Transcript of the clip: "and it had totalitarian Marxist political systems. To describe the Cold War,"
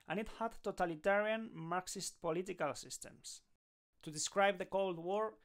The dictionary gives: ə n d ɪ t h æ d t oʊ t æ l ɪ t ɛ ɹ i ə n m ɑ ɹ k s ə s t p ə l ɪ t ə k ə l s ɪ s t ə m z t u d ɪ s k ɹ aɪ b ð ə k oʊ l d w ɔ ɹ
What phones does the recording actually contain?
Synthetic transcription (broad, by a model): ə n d ɪ t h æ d t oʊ t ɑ l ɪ t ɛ ɹ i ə n m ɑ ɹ k s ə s t p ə l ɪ t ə k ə l s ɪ s t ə m s t u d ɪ s k ɹ aɪ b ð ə k oʊ l d w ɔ ɹ